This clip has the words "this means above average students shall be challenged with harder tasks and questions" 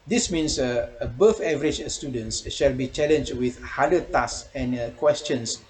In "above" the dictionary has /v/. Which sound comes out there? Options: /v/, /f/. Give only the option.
/f/